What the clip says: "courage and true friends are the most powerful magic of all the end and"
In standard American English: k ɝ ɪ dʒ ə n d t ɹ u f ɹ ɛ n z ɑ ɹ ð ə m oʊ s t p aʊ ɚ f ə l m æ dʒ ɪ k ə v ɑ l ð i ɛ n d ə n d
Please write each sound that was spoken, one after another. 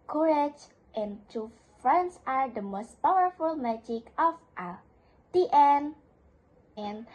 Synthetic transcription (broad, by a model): k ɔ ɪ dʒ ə n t u f ɹ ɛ n s ɑ ɹ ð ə m oʊ s t p aʊ ɚ f ə l m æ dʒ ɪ k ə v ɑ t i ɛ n ə n